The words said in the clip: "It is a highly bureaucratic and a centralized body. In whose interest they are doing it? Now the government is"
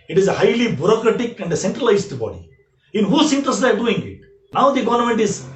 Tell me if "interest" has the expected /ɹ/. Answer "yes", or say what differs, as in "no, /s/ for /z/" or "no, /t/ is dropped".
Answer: no, /ɹ/ is dropped